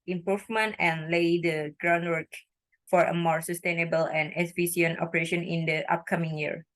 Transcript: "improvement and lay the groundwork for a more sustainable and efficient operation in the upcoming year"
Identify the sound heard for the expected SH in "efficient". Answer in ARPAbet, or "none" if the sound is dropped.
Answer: none